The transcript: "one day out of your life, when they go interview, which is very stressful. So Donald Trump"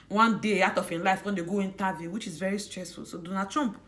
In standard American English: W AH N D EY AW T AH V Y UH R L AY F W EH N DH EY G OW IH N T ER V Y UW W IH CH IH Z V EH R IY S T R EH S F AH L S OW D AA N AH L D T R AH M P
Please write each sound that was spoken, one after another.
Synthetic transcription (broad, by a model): W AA N D EY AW T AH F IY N L AY F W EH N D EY G OW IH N T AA V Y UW W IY CH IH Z V EH R IY S T R EH S F AH L S OW D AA N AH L T R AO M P